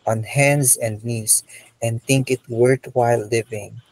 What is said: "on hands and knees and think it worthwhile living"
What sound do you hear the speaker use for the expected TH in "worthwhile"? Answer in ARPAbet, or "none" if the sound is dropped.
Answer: T